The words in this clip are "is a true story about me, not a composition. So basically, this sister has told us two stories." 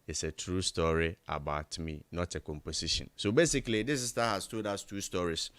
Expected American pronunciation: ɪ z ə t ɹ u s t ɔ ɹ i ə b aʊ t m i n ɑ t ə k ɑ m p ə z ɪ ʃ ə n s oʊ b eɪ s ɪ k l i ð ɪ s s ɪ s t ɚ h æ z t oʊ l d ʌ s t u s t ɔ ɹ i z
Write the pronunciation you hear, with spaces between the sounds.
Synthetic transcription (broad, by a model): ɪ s ə t ɹ u s t ɔ ɹ i ə b aʊ t m i n ɑ t ə k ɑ m p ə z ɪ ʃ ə n s oʊ b eɪ s ɪ k l i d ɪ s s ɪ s t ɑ h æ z t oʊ d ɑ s t u s t ɔ ɹ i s